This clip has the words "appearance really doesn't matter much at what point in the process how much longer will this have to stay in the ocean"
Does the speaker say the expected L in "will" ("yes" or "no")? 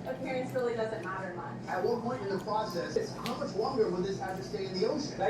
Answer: no